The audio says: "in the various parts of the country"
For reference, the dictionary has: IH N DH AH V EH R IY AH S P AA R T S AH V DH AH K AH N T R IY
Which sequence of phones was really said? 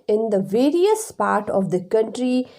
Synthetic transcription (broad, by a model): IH N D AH V EH R IY AH S P AA R T AH V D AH K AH N T R IY